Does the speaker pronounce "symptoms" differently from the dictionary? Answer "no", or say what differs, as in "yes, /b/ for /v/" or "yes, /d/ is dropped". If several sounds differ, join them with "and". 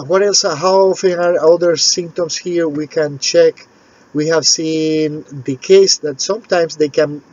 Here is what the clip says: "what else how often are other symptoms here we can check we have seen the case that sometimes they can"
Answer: yes, /s/ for /z/